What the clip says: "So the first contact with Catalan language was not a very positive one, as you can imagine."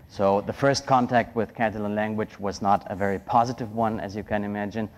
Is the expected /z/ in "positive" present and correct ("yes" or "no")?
yes